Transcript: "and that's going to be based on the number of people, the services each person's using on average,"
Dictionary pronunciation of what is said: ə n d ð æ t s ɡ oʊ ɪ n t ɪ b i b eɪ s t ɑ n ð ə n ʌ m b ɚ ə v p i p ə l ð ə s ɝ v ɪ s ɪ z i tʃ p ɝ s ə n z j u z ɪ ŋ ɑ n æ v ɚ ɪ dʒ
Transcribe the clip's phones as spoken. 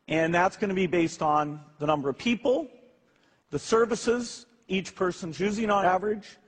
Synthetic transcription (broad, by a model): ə n ð æ t s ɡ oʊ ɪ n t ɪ b i b eɪ s t n ð ə n ʌ m b ɚ ə v p i p l ð ə s ɝ v ɪ s ɪ z i tʃ p ɝ s ə n z j u z ɪ ŋ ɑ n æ v ɚ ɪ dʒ